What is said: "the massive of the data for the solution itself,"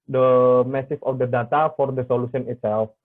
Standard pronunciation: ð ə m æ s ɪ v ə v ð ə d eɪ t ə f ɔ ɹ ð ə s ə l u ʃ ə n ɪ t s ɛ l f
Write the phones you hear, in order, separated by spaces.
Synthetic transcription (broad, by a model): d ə m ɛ s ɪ f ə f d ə d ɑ t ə f ɔ ɹ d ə s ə l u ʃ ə n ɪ t s ɛ l f